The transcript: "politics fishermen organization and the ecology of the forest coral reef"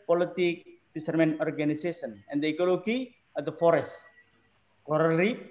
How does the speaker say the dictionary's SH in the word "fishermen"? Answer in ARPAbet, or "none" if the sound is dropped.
S